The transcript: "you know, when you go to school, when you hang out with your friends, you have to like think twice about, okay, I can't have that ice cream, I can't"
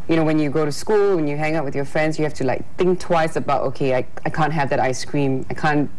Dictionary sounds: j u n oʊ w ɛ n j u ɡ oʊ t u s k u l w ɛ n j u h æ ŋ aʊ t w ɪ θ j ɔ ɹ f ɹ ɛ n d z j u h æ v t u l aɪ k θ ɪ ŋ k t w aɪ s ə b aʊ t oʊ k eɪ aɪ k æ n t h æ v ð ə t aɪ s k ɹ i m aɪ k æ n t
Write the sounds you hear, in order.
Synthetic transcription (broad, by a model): j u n oʊ w ɛ n j u ɡ oʊ t u s k u l w ɛ n j u h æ ŋ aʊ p w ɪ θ j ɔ f ɹ ɛ n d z j u h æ f t u l aɪ k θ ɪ ŋ k t w aɪ s ə b aʊ t oʊ k eɪ aɪ k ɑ n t h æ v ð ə t aɪ s k ɹ i m aɪ k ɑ n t